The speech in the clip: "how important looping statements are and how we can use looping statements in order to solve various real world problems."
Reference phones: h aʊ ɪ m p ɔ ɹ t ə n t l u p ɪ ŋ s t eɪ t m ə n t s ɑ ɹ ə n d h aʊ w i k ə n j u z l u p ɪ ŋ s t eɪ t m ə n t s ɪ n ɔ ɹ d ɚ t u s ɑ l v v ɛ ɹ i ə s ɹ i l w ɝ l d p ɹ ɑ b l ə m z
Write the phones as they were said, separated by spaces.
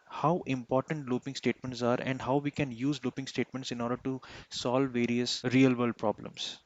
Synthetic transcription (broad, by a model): h aʊ ɪ m p ɔ ɹ t ə n t l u p ɪ ŋ s t eɪ t m ə n t s ɑ ɹ ə n d h aʊ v i k ə n j u z l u p ɪ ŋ s t eɪ t m ə n t s ɪ n ɔ ɹ d ɚ t u s ɑ l v v ɛ ɹ i ə s ɹ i l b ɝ l p ɹ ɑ b l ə m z